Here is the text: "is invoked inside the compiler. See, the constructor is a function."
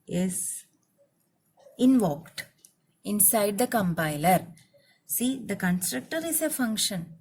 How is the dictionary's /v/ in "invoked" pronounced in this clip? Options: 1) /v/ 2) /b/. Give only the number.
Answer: 1